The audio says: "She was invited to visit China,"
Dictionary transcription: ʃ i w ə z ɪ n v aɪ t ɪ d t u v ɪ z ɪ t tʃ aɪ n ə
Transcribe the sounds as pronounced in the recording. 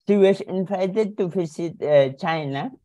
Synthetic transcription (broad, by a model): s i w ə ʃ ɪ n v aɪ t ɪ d t u f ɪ s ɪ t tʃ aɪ n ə